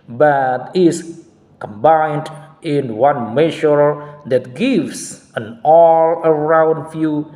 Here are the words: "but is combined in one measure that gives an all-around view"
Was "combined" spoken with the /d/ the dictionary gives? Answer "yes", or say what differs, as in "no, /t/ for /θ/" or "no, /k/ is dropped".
yes